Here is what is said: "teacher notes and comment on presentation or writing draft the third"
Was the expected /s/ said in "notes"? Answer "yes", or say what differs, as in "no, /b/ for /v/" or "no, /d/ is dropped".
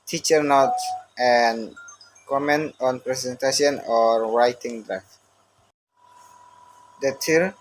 no, /s/ is dropped